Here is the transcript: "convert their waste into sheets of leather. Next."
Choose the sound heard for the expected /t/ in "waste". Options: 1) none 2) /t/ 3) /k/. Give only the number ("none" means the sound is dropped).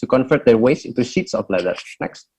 1